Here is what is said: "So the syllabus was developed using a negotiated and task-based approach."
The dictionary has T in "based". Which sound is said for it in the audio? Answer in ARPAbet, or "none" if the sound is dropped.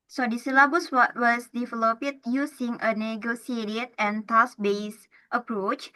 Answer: T